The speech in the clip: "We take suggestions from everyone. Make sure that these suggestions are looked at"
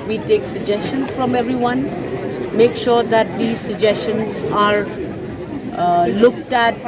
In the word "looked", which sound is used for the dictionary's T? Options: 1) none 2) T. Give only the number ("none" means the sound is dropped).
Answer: 2